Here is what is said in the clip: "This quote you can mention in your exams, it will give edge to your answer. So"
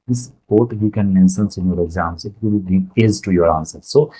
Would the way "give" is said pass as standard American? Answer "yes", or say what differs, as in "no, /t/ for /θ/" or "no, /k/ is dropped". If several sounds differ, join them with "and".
no, /f/ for /v/